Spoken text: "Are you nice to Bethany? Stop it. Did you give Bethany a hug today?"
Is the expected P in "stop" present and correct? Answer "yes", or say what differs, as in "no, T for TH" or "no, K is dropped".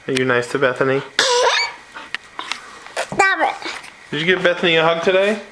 no, B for P